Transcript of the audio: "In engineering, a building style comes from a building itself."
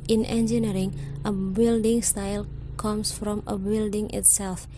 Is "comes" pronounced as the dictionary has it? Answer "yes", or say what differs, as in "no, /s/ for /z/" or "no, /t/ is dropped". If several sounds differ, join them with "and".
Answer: no, /s/ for /z/